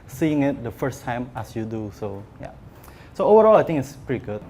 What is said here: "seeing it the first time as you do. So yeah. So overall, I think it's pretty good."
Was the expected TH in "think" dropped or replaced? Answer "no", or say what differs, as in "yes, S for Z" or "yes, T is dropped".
yes, T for TH